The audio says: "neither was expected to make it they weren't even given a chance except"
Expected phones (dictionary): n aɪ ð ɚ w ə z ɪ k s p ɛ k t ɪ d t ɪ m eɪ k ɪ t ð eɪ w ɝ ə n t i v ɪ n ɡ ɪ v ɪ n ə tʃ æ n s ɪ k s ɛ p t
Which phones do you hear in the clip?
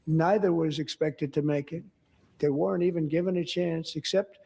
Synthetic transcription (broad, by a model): n aɪ ð ɚ w ə z ɪ k s p ɛ k t ɪ d t ɪ m eɪ k ɪ t ð eɪ w ɝ ə n t i v ɪ n ɡ ɪ v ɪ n ə tʃ æ n s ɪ k s ɛ p t